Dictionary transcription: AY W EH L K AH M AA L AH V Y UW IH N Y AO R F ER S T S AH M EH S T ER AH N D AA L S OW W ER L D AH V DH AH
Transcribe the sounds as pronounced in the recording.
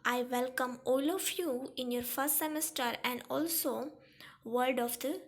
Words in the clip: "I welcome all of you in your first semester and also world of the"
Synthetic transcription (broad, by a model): AY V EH L K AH M AA L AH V Y UW IH N Y AO R F ER S T S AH M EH S T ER AH N D AA L S OW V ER D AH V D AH